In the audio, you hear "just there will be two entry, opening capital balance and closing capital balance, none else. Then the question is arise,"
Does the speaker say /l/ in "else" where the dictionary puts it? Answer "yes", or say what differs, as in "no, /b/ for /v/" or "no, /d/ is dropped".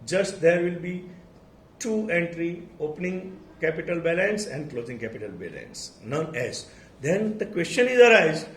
no, /l/ is dropped